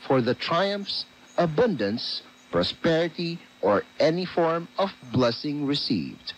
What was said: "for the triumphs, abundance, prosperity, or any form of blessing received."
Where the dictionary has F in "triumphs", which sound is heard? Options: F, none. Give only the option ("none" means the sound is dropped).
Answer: F